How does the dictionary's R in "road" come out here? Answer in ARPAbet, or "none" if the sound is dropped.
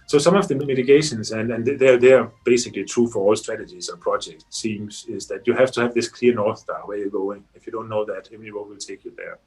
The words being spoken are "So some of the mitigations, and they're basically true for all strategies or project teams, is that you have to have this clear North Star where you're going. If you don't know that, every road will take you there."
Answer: W